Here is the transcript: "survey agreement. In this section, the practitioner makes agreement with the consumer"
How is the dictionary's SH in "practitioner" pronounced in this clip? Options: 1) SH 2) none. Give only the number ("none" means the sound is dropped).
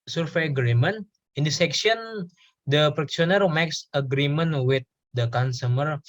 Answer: 2